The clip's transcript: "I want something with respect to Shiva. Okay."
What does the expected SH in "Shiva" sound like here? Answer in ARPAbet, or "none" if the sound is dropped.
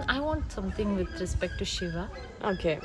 SH